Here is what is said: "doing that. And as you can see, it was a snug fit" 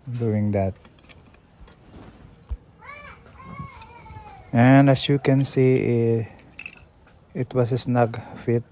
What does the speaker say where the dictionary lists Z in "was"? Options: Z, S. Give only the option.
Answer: S